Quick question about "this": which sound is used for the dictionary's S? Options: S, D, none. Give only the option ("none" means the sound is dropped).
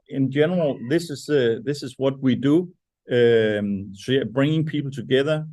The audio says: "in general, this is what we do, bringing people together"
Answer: S